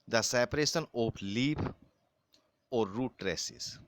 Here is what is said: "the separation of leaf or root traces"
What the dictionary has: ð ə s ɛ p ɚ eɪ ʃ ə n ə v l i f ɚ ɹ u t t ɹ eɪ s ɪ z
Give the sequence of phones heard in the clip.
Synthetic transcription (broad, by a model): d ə s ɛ p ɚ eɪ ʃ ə n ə p l i p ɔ ɹ u t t ɹ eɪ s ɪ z